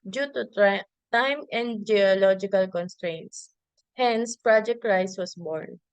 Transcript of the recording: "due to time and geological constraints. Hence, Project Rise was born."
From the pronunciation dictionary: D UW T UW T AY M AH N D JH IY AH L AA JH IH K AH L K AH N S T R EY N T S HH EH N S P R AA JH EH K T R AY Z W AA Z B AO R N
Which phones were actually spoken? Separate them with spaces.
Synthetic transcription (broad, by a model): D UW T UW T AY M AH N D JH IY AH L AA JH IH K AH L K AH N S T R EY N T S HH EH N S P R AA JH EH K T R AY S W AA S B AO R N